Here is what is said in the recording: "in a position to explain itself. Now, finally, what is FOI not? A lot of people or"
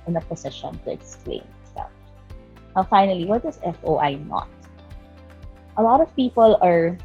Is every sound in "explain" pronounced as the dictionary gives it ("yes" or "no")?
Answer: no